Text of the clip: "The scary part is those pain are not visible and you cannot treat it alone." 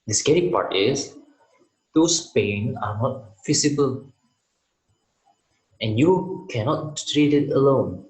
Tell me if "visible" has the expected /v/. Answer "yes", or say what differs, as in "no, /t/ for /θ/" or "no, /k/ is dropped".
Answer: no, /f/ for /v/